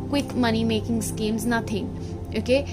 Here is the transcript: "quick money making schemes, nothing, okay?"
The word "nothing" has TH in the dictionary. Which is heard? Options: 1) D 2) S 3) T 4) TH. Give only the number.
3